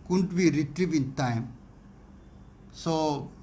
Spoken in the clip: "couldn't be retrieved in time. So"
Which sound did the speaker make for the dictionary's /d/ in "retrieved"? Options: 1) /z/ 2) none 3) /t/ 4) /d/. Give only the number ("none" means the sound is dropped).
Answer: 2